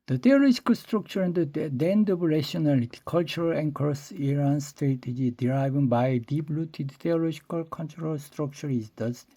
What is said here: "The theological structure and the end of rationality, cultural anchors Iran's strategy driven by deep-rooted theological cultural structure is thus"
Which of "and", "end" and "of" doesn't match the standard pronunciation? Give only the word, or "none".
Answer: of